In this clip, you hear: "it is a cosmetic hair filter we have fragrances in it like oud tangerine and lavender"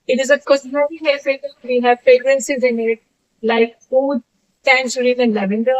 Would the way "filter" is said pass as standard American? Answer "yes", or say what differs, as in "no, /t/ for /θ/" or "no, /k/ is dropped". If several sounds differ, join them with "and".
no, /l/ is dropped